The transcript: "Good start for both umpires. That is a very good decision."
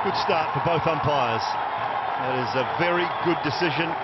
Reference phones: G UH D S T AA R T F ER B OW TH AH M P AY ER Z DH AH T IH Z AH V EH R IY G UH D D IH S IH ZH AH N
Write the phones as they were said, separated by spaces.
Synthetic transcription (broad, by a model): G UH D S T AA R T F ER B OW TH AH M P AY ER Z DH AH T IH Z AH V EH R IY G UH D D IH S IH ZH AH N